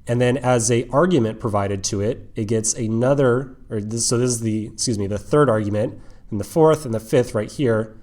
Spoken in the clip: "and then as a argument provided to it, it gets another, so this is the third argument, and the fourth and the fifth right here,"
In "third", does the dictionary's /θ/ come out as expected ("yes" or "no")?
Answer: yes